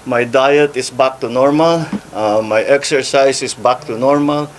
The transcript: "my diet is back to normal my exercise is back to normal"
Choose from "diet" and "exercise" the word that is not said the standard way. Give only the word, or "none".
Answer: exercise